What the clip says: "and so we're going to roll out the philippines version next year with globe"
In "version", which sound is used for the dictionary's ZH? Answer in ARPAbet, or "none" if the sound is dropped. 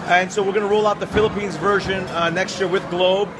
ZH